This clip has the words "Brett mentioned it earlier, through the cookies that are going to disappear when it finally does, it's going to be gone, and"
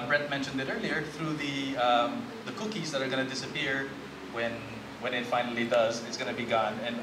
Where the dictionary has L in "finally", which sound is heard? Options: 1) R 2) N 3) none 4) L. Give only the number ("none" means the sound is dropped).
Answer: 4